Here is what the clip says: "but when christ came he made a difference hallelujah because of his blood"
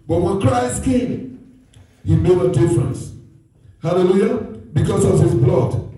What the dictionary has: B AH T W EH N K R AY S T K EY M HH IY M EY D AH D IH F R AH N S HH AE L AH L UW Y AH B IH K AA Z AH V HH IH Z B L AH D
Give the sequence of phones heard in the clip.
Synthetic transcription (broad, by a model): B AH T W EH N K R AY S T K EY M HH IY M EY D AH D IH F R AH N S HH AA L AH L UW Y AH B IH K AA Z AH V HH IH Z B L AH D